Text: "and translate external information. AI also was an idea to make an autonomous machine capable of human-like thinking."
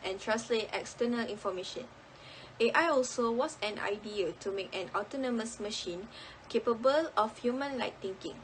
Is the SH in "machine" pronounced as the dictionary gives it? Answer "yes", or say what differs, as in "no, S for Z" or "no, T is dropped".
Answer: yes